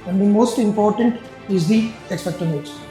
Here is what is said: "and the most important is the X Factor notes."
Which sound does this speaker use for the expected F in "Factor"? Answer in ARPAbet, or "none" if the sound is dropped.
P